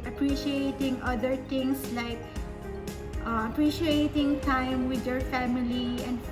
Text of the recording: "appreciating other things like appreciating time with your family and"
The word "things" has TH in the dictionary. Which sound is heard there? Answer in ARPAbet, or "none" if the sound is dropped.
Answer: T